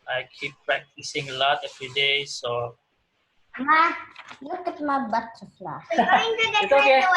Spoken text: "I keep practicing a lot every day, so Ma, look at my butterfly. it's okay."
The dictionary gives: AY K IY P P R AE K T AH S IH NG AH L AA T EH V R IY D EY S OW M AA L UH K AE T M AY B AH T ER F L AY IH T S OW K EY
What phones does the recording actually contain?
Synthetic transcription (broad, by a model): AY K IY P P R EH K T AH S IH NG AH L AA T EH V R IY D EY S OW M AA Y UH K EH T M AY B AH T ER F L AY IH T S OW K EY